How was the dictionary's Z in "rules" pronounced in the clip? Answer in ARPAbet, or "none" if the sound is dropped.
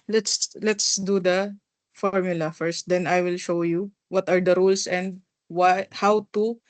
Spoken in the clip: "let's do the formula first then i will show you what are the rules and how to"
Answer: S